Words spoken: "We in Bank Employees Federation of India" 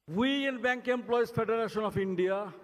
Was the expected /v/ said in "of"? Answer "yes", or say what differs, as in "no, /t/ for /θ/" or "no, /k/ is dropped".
no, /p/ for /v/